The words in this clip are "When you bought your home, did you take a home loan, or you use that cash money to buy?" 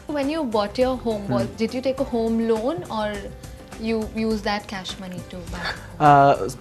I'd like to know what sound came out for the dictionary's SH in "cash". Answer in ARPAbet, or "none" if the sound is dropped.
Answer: SH